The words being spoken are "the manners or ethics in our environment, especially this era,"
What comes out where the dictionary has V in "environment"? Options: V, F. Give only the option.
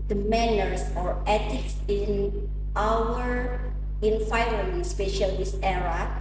F